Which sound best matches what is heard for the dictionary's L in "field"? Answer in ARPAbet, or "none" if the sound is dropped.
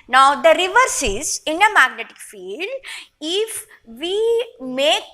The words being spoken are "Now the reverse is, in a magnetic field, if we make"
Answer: L